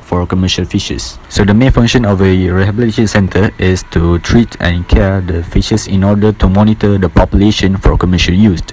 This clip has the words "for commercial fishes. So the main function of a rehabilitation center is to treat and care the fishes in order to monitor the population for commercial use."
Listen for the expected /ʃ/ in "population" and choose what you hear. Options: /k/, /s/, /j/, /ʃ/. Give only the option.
/ʃ/